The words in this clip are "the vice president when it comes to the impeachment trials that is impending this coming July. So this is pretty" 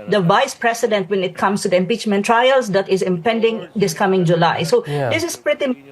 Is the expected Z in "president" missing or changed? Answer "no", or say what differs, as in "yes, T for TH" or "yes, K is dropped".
yes, S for Z